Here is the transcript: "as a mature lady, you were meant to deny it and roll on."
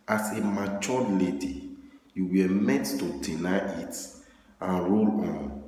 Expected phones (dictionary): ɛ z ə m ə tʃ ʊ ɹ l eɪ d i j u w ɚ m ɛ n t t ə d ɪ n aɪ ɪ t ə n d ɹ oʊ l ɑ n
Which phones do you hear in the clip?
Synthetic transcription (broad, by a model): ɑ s ə m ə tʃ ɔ l eɪ d i j u w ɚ m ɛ t t ə d ɪ n aɪ ɪ t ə n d ɹ oʊ l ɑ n